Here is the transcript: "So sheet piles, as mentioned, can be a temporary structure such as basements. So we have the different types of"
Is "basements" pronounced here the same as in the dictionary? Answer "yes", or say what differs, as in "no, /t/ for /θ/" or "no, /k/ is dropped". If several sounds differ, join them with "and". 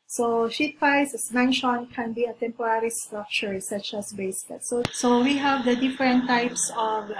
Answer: no, /n/ is dropped